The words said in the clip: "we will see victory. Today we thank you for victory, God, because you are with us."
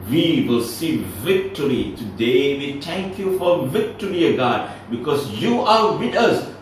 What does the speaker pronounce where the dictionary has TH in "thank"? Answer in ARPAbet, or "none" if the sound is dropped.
T